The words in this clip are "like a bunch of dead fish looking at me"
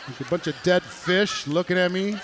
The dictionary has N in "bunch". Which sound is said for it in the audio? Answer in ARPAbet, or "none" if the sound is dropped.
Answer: N